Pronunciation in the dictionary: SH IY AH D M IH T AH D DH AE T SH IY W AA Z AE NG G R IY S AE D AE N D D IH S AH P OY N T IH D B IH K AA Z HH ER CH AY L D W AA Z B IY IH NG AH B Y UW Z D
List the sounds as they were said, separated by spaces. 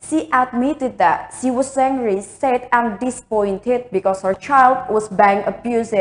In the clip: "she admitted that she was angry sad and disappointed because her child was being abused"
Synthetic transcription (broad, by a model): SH IY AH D M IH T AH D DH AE T SH IY W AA S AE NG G R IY S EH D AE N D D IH S P OY N T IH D B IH K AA S HH ER CH AY L D W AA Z B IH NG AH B Y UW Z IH